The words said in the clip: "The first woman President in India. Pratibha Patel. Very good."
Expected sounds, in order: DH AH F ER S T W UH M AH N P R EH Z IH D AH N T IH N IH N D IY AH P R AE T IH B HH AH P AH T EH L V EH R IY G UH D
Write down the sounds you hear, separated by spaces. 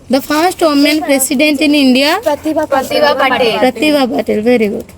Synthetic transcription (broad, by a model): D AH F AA S T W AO M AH N P R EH S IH D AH N T IH N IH N D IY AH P R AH T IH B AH B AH T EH L V EH R IY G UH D